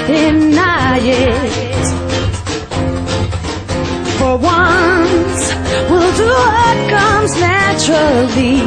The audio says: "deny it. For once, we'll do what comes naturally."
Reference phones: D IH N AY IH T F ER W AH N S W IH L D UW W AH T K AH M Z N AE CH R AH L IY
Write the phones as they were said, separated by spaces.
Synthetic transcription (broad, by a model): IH N AY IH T F ER W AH N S W IH L D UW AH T K AH M Z N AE CH R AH L IY